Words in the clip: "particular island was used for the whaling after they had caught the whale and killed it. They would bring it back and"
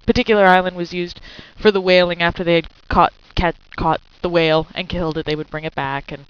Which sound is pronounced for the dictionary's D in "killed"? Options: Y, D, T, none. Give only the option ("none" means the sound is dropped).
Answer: D